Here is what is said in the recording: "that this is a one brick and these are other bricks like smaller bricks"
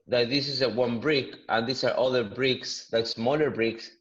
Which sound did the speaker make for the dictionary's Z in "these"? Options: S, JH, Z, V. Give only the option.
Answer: S